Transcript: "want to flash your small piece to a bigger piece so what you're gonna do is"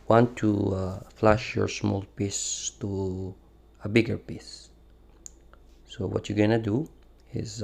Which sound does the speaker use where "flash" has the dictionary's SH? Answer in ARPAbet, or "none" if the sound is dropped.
SH